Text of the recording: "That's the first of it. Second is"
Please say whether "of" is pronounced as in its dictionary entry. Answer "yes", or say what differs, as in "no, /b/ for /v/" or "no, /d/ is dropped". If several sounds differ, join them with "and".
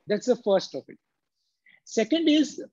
no, /p/ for /v/